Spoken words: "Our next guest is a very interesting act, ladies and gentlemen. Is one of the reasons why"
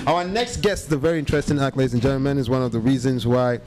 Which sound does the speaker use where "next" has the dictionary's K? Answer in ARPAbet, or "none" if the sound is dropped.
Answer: K